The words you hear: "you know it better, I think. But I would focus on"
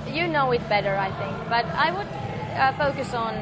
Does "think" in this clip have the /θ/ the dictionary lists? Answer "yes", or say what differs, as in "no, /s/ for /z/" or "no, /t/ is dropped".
yes